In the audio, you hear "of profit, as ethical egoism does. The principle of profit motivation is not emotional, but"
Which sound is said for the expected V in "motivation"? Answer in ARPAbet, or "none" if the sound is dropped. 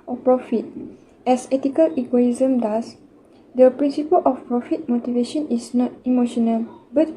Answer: V